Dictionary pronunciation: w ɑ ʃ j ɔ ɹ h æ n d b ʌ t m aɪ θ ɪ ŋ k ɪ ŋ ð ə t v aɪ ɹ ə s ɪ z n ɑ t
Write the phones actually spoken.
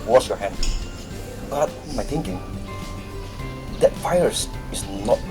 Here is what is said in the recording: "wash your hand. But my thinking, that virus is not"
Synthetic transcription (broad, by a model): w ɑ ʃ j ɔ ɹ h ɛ n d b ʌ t m aɪ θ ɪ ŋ k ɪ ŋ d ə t f aɪ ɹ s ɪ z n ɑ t